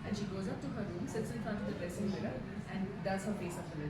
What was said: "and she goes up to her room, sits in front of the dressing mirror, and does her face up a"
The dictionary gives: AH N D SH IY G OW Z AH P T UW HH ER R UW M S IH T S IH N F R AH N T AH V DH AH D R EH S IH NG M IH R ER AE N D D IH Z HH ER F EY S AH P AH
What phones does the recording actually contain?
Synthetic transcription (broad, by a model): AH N SH IY G OW Z AH P T UW HH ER R UW M S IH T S IH N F AH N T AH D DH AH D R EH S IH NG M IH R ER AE N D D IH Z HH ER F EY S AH F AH